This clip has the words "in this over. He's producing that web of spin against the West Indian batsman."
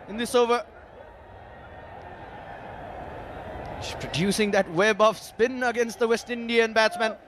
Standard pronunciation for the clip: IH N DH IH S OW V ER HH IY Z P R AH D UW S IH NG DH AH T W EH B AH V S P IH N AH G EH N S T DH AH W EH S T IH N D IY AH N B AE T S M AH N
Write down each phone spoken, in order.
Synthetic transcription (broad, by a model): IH N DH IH S OW V ER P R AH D UW S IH NG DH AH T W EH B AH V S P IH N AH G EH N S T DH AH W EH S T IH N D IY AH N B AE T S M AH N